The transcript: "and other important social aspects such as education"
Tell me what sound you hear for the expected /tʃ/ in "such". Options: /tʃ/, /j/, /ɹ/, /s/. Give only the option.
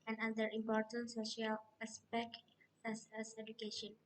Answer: /s/